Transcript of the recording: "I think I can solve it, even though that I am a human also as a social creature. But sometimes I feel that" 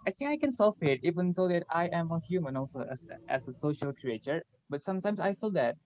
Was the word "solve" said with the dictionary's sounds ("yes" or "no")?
no